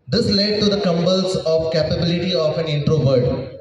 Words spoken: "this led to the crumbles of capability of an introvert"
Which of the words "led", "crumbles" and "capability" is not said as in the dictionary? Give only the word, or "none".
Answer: crumbles